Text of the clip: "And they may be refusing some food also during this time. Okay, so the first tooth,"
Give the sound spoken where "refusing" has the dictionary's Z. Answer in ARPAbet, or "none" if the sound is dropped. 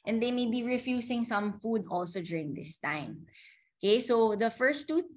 S